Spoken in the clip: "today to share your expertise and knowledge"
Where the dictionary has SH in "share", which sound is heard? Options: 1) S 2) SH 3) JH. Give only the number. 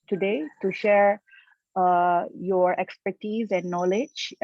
2